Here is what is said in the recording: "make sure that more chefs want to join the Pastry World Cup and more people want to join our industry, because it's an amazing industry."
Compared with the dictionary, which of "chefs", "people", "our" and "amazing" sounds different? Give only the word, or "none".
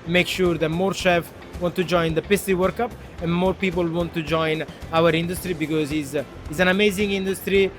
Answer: chefs